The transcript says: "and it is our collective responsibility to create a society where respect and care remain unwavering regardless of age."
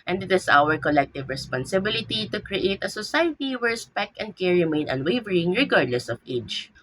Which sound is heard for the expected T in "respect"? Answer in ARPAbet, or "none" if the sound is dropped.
none